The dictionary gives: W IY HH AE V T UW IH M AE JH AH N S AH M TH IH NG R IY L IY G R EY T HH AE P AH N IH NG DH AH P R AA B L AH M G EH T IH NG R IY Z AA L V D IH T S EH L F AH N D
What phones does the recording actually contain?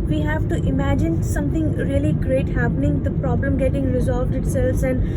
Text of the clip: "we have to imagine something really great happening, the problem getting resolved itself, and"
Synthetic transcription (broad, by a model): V IY HH AE V T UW IH M AE JH AH N S AH M T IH NG R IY L IY G R EY T HH AE P AH N IH NG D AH P R AA B L AH M G EH T IH NG R IY Z AA L V D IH T S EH L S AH N D